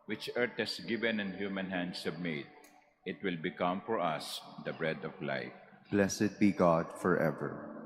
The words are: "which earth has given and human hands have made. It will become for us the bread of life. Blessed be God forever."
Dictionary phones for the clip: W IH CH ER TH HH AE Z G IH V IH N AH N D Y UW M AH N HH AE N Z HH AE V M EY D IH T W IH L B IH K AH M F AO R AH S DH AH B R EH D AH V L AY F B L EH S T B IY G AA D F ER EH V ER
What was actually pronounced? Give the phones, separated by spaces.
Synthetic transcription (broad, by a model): W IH CH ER T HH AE S G IH V IH N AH N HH Y UW M AH N HH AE N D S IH B M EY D IH T W IH L B IH K AH M F AO R AH S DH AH B R EH D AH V L AY F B L EH S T B IY G AA D F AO EH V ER